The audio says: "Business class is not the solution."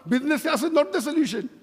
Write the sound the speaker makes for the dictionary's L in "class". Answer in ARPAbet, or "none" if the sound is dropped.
none